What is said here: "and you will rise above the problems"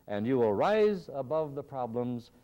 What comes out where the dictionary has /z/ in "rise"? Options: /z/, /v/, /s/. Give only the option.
/z/